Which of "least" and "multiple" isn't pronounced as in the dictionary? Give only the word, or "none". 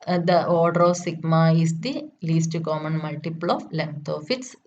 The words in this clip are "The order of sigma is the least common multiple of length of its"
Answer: none